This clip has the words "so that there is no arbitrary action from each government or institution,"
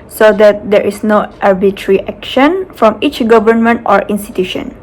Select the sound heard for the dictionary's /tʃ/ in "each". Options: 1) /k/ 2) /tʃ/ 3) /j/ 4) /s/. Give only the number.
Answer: 2